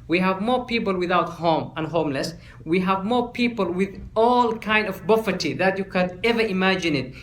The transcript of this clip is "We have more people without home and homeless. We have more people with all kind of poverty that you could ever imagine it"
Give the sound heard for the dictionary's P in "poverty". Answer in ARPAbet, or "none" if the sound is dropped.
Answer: B